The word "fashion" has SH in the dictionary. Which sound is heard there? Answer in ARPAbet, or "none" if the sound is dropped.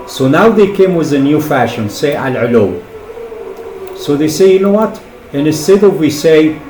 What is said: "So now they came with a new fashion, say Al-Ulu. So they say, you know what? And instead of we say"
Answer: SH